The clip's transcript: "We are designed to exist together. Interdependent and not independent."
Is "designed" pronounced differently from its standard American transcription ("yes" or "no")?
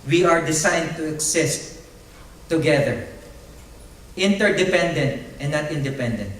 yes